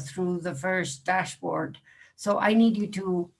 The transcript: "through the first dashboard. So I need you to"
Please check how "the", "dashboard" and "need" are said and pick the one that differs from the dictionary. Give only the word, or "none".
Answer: none